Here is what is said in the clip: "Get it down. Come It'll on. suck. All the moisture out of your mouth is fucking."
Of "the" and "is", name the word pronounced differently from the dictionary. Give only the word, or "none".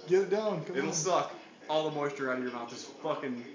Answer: is